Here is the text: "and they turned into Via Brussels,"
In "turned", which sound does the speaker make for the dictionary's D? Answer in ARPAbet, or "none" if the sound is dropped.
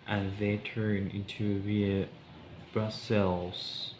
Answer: none